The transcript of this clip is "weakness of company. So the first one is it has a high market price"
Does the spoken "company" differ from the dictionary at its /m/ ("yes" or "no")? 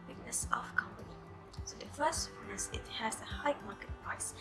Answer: no